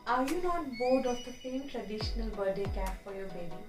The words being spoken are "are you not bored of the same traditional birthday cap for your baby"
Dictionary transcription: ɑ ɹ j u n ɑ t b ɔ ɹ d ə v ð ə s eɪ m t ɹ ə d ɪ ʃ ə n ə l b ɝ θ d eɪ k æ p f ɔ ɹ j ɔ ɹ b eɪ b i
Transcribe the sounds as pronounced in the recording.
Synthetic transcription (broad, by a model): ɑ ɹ j u n ɑ t b ɔ ɹ d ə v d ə s eɪ m t ɹ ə d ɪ ʃ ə n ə l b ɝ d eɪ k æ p f ɔ ɹ j ɔ ɹ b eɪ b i